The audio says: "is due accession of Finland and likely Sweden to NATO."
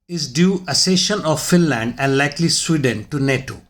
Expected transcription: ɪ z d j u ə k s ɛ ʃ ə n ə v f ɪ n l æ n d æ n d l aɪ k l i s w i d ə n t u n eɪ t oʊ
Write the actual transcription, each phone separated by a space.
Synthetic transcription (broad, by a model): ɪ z d j u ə s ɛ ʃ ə n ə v f ɪ n l æ n d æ n d l aɪ k l i s w i d ə n t u n eɪ t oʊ